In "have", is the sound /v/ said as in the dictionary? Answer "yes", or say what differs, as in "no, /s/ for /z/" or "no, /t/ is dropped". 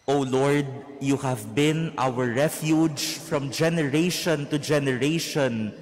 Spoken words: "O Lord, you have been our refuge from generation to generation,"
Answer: yes